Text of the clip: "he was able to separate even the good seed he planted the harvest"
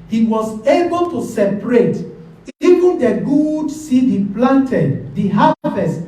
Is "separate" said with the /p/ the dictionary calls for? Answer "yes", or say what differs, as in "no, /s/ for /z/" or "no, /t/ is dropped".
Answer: yes